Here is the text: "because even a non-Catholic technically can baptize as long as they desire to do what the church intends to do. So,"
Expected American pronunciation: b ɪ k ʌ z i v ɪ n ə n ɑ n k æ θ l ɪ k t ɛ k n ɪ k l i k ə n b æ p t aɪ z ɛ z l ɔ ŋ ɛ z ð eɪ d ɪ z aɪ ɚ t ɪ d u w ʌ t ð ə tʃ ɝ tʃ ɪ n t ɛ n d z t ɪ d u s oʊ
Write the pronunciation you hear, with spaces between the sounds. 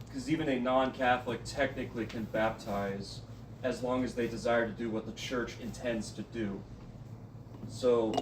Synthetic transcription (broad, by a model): k ʌ z i v ɪ n ə n ɑ n k æ θ l ɪ k t ɛ k n ɪ k l i k ə n b æ p t aɪ z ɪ z l ɔ ŋ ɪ z ð eɪ d ɪ z aɪ ɚ t ɪ d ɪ w ʌ t ð ə tʃ ɝ tʃ ɪ n t ɛ n d z t ɪ d u s oʊ